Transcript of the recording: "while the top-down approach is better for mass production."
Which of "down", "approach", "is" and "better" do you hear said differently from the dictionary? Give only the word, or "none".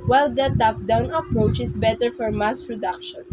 is